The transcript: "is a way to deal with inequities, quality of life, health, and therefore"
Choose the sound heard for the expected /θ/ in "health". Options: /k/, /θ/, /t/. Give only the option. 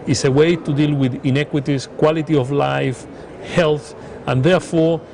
/θ/